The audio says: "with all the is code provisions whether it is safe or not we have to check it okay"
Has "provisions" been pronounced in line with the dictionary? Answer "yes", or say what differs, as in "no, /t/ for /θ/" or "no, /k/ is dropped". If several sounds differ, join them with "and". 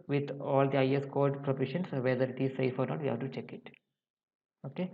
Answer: no, /ʃ/ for /ʒ/